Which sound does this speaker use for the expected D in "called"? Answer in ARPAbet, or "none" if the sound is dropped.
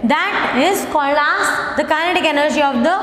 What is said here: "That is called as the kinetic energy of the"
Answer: none